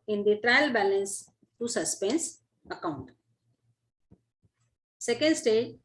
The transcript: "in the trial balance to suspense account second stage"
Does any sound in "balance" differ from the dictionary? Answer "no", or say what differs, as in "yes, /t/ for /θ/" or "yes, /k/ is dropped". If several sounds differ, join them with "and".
no